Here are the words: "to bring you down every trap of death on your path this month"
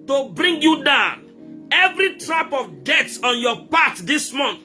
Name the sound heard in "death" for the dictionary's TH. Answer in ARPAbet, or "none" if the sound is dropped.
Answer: S